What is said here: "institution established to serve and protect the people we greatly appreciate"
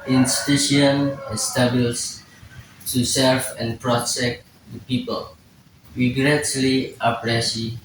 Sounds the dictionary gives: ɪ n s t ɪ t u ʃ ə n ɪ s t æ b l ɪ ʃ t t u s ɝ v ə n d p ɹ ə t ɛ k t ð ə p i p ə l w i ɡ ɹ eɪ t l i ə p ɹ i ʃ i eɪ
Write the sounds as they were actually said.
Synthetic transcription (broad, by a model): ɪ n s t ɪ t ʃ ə n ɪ s t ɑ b ɪ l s t u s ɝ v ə n p ɹ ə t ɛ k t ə p i p ə l w i ɡ ɹ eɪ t l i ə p ɹ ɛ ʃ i